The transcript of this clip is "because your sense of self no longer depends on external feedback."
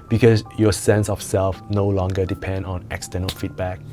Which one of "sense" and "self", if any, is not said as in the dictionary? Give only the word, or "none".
none